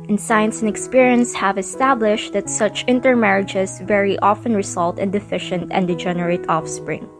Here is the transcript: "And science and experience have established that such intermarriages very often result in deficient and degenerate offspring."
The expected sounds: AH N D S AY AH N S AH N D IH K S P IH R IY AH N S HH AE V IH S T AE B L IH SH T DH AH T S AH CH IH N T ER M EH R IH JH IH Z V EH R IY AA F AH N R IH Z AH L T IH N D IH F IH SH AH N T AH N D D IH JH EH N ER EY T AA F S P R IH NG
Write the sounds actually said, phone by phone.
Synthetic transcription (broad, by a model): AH N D S AY AH N S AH N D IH K S P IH R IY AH N S HH AE V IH S T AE B L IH SH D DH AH T S AH CH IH N T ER M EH R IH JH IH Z V EH R IY AA F AH N R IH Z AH L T IH N D IH F IH SH AH N T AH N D D IH JH EH N ER EY T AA F S P R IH NG